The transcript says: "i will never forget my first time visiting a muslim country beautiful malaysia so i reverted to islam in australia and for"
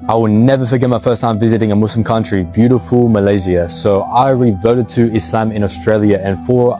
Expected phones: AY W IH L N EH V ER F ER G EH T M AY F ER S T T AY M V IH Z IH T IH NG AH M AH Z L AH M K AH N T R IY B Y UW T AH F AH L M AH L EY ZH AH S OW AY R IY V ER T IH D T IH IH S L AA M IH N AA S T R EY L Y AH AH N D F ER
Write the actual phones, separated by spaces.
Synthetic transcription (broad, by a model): AY W IH L N EH V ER F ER G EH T M AY F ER S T T AY M V IH Z IH T IH NG AH M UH S L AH M K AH N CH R IY B Y UW T AH F AH L M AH L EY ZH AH S OW AY R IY V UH T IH D T IH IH S L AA M IH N AA S T R EY L Y AH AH N F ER